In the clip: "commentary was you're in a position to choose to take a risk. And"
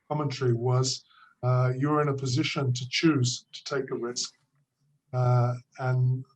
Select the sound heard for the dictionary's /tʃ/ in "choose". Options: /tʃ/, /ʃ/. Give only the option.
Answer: /tʃ/